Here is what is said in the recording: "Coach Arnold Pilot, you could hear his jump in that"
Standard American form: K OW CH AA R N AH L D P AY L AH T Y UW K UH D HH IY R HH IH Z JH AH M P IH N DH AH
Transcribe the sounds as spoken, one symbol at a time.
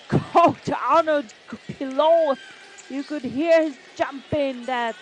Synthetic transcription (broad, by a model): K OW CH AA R N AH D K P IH L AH Y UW K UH D HH IY R HH IH Z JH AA M P IH N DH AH